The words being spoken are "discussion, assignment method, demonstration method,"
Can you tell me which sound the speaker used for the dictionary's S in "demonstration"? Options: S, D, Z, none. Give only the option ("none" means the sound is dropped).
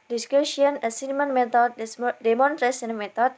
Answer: none